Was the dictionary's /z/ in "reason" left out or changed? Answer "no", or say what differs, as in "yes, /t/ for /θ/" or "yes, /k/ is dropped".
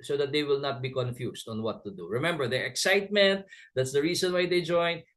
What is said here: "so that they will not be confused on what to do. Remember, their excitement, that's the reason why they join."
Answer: yes, /s/ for /z/